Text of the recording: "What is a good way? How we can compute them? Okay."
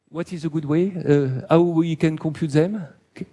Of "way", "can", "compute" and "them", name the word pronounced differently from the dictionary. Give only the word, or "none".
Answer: compute